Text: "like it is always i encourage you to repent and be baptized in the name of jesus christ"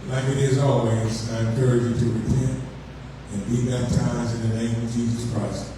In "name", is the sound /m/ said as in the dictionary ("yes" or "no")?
yes